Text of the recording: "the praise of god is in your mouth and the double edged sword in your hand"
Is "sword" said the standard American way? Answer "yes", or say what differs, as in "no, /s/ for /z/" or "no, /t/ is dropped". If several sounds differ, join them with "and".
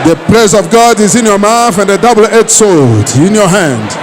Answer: no, /l/ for /ɹ/